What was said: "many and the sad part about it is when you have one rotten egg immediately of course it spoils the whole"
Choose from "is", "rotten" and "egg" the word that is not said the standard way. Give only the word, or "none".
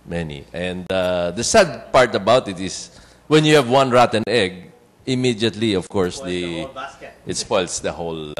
is